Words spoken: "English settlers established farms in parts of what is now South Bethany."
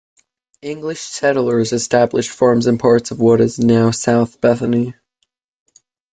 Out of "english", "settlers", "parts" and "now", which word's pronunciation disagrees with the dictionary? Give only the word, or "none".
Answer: none